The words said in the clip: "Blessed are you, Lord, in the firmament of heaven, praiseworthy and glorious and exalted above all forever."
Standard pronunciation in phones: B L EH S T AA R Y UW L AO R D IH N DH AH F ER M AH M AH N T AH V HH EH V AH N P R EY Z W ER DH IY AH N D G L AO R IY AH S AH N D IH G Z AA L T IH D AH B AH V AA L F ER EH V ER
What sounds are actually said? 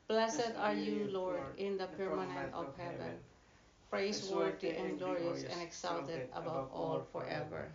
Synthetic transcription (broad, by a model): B L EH S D AA R Y UW L AO R D IH N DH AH P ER M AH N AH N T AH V HH EH V AH N P R EY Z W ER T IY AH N G L AO R IY AH S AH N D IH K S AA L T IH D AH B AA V AA L F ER EH V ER